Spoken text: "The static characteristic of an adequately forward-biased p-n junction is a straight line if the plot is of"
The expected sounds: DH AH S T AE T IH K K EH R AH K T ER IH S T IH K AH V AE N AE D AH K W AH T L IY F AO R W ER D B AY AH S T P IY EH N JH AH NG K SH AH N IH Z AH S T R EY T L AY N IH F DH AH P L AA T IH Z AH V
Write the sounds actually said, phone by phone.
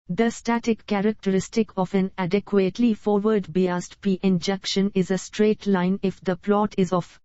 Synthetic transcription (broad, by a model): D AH S T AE T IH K K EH R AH K T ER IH S T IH K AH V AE N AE D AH K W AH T L IY F AO R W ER D B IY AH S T P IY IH N JH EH K SH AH N IH Z AH S T R EY T L AY N IH F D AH P L AA T IH Z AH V